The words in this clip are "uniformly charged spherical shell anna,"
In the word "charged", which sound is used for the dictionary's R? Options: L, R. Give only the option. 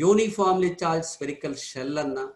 L